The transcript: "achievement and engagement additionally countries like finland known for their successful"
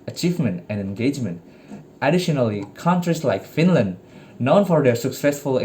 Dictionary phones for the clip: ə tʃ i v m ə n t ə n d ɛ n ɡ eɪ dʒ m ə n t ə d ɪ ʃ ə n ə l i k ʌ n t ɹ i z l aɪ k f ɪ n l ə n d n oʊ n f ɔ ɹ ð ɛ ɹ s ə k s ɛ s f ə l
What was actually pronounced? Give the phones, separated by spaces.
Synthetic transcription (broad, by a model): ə tʃ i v m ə n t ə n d ɛ n ɡ eɪ dʒ m ə n t ə d ɪ ʃ ə n ə l i k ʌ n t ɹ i s l aɪ k f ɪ n l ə n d n oʊ n f ɔ ɹ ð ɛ ɹ s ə k s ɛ s f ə l